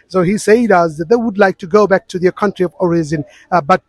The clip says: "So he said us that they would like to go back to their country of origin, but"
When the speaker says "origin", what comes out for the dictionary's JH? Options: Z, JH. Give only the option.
Z